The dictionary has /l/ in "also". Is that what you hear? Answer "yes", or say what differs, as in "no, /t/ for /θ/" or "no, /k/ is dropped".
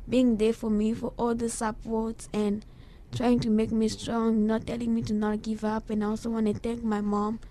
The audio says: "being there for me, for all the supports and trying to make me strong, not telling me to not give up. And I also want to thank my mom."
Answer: yes